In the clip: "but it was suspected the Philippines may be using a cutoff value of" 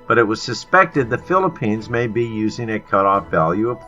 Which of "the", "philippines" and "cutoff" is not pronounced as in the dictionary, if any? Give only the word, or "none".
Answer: none